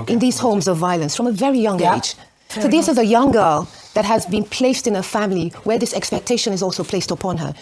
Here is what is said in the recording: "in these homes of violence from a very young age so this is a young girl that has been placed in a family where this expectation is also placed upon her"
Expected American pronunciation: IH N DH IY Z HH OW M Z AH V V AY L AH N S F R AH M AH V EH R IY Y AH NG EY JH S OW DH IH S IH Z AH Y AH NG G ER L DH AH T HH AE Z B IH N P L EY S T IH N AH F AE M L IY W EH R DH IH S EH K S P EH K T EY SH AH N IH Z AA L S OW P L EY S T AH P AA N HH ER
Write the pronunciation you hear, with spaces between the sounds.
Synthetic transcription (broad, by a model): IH N DH IY Z HH OW M Z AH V V AY L AH N S F R AH M AH V EH R IY Y AH NG EY JH S OW DH IH S IH Z AH Y AH NG G ER L DH AH T HH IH Z B IH N P L EY S T IH N AH F AE M L IY W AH R DH IH S EH K S P EH K T EY SH AH N IH Z AA L S OW P L EY S T AH P AA N ER